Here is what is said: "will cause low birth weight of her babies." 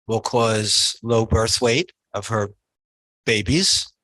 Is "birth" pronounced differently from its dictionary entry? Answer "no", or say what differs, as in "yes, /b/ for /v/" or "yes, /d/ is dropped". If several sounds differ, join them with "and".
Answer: no